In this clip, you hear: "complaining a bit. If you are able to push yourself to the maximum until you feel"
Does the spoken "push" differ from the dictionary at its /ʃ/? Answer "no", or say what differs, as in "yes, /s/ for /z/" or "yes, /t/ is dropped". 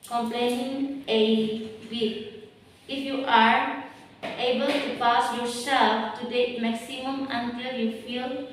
yes, /s/ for /ʃ/